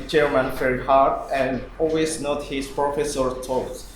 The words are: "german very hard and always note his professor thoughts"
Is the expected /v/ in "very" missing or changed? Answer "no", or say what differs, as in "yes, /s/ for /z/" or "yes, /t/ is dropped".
yes, /f/ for /v/